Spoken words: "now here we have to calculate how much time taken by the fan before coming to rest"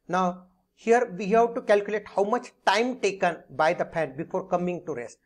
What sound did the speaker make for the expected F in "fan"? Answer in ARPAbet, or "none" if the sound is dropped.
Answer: P